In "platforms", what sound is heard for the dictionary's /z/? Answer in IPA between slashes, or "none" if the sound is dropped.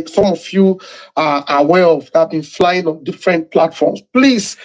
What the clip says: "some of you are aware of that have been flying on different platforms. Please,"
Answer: /s/